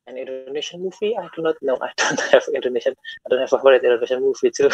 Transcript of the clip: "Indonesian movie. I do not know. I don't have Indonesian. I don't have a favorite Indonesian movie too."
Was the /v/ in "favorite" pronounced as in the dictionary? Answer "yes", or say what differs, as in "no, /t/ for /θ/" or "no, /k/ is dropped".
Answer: no, /v/ is dropped